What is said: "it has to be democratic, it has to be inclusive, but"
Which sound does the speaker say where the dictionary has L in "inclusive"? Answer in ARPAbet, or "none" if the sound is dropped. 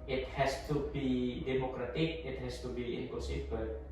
none